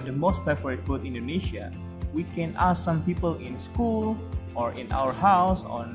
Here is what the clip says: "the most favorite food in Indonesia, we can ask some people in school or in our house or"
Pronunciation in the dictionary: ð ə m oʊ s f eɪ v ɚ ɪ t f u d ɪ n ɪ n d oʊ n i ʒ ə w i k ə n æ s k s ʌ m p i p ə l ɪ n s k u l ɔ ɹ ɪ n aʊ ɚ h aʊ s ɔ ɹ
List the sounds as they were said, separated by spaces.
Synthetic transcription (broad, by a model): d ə m oʊ s p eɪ f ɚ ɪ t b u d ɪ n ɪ n d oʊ n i ʃ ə w i k ə n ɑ s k s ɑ m p i p ə l ɪ n s k u l ɔ ɹ ɪ n aʊ ɚ h aʊ s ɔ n